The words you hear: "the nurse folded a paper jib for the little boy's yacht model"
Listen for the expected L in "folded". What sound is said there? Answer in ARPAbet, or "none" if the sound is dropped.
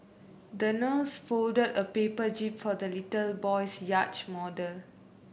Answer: L